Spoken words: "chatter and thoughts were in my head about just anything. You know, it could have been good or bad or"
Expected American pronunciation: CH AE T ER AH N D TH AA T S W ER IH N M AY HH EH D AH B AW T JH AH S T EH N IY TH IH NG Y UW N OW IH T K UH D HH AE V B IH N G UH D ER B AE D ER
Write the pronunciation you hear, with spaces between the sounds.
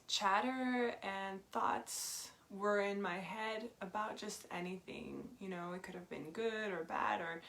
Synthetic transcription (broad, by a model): CH AE T ER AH N TH AA T S W ER IH N M AY HH EH D AH B AW T JH AH S T EH N IY TH IH NG Y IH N OW IH T K UH D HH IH V B IH N G UH D ER B AE D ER